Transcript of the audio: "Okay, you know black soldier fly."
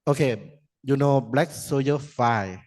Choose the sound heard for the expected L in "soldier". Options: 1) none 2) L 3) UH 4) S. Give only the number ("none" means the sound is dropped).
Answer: 1